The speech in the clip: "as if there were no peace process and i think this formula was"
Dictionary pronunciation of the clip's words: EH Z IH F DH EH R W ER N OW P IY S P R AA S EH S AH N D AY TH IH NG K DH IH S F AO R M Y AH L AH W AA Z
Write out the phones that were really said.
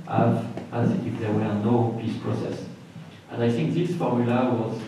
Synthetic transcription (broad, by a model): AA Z IH F DH EH R W ER N OW P IY S P R AA S EH S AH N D AY TH IH NG K DH IH S F AO R M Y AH L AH W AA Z